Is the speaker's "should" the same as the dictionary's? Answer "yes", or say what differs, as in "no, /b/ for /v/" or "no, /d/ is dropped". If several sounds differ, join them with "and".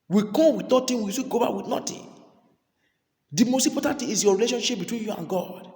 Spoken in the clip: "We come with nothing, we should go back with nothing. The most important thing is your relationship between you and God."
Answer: no, /s/ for /ʃ/